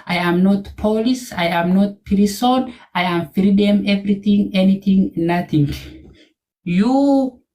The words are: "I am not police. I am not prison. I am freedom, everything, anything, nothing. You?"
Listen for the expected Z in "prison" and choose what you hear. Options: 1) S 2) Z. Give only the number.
1